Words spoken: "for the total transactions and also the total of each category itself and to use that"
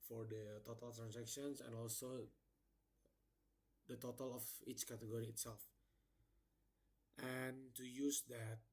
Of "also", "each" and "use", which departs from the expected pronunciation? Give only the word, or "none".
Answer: none